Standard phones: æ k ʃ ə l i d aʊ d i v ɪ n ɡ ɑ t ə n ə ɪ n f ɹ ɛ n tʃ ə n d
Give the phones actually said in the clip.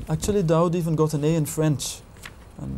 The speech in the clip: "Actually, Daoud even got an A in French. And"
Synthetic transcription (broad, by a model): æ k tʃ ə l i d aʊ d i v ɪ n ɡ ɑ t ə n ə ɪ n f ɹ ɛ n tʃ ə n